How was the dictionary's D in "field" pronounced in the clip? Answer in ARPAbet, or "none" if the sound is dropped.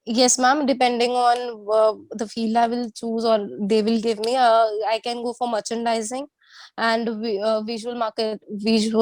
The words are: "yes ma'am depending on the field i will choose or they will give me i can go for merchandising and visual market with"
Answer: none